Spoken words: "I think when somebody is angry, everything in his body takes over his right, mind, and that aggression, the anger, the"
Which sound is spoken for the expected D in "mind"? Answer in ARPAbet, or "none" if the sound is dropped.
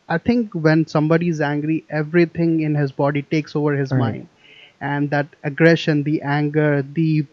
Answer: D